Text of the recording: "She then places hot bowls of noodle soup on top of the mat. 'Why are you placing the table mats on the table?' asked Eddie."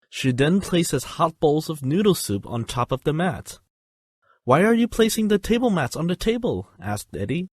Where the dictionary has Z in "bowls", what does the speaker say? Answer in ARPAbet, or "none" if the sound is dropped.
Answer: Z